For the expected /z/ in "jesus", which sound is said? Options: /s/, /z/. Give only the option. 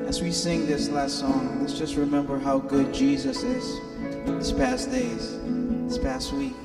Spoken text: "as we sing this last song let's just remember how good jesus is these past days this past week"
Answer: /z/